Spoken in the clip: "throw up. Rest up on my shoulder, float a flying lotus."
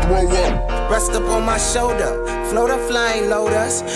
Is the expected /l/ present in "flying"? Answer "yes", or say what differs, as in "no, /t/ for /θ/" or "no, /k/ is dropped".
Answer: yes